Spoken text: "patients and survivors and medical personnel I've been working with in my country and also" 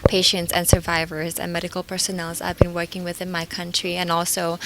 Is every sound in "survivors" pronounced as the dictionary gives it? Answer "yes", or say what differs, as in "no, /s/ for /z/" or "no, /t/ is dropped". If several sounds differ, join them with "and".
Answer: yes